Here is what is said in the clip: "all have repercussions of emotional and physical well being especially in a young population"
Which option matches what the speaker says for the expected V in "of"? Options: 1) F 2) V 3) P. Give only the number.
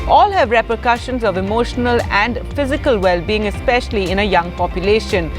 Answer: 2